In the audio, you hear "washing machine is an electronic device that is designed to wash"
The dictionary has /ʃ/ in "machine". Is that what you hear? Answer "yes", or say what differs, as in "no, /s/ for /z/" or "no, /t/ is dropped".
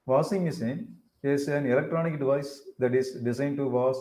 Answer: no, /s/ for /ʃ/